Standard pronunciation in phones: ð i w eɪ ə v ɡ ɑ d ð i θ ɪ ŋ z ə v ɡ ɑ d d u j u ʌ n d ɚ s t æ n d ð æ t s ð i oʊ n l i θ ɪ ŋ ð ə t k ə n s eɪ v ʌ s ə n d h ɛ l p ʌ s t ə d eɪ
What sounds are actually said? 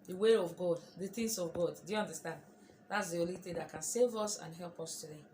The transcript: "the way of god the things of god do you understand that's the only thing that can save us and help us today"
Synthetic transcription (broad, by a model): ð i w eɪ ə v ɡ ɑ d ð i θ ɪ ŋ s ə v ɡ ɑ d d u j u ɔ n d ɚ s t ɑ n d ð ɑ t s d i oʊ l i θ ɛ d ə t k ə n s eɪ v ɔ s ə n h ɛ l p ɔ s t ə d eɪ